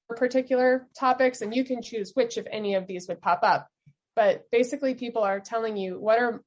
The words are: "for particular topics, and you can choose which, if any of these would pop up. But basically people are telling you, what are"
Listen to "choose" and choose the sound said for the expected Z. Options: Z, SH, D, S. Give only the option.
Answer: Z